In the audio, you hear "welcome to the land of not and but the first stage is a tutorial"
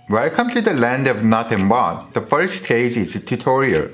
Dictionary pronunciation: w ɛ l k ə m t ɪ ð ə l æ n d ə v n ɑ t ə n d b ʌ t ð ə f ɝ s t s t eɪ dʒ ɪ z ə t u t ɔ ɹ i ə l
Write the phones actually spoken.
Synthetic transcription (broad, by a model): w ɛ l k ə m t ɪ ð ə l æ n d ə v n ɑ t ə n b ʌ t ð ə f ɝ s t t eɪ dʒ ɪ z ə t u t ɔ ɹ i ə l